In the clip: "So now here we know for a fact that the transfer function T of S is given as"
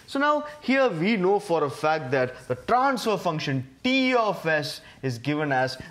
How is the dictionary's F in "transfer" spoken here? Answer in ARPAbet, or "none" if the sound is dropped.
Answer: F